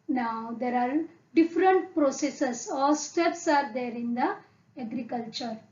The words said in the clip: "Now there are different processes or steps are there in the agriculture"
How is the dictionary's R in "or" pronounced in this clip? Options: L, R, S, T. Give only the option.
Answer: L